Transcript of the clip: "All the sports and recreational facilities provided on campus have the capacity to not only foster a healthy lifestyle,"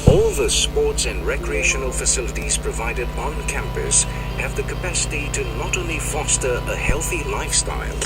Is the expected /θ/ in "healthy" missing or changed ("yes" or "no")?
no